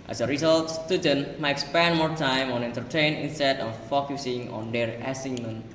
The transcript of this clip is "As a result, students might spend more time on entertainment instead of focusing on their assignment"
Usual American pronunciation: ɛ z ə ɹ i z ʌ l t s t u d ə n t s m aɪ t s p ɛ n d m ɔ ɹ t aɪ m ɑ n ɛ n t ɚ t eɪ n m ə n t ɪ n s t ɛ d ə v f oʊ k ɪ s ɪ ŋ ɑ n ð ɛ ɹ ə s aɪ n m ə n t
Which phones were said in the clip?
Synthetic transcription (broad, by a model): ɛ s ə ɹ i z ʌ l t s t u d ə n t m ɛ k s p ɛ n m ɔ ɹ t aɪ m ɑ n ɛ n t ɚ t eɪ n ə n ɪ n s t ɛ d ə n f oʊ k ɪ s ɪ ŋ ɑ n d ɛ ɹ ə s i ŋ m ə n